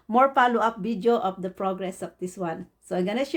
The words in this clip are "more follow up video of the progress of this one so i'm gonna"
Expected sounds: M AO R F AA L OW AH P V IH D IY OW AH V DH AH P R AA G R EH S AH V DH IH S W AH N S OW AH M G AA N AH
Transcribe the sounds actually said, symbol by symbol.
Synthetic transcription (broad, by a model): M AO R P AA L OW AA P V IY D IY OW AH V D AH P R AA G R EH S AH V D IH S W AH N S OW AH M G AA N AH